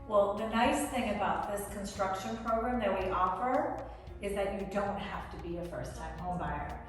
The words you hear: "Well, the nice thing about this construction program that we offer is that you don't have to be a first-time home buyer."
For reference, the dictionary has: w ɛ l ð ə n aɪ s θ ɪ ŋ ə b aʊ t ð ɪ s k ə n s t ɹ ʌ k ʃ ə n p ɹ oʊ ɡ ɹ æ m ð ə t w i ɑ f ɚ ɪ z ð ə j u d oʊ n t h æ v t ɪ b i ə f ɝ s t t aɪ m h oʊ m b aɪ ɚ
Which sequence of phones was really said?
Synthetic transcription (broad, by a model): w ɛ l ð ə n aɪ s θ ɪ ŋ ə b aʊ t ð ɪ s k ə n s t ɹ ʌ k ʃ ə n p ɹ oʊ ɡ ɹ æ m ð ə t w i ɑ f ɚ ɪ z ð ə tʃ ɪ d oʊ n t h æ f t ɪ b i ə f ɝ s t t aɪ m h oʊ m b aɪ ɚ